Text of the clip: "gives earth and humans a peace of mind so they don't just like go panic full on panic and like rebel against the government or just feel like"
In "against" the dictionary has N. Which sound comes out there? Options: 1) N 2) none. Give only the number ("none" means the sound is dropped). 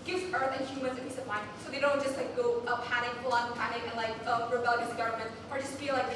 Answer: 2